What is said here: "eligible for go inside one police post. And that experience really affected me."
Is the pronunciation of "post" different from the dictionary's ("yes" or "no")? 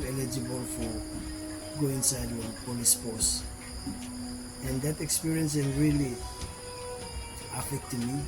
yes